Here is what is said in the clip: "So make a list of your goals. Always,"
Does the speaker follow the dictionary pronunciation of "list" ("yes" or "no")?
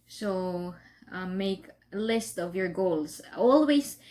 yes